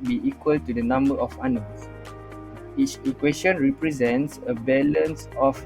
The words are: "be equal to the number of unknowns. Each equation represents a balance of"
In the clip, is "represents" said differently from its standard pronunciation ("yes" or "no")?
no